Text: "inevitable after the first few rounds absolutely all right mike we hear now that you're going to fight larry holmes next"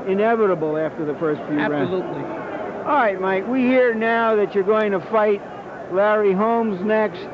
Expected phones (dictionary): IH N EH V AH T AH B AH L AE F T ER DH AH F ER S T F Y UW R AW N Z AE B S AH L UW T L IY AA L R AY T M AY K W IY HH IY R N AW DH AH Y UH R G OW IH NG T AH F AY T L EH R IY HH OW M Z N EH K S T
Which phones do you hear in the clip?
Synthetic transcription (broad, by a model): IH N EH V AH T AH B L AE F T ER DH AH F ER S T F Y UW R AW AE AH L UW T L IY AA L R AY T M AY K W IY HH IY R N AW DH AH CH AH R G OW IH NG T AH F AY T L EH R IY HH OW M Z N EH K S T